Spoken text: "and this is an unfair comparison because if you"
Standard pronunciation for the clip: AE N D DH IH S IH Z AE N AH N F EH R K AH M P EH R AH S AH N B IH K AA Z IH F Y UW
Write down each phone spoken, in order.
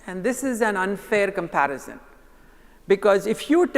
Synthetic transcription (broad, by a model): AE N D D IH S IH Z AE N AH N F EH R K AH M P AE R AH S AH N B IH K AA Z IH F Y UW